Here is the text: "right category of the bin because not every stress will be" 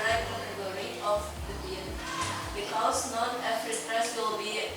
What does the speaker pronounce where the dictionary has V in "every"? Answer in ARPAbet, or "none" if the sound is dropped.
F